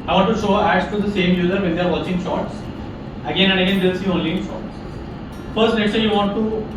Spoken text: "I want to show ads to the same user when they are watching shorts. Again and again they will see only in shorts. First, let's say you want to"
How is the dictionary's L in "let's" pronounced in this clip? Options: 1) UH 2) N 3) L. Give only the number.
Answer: 2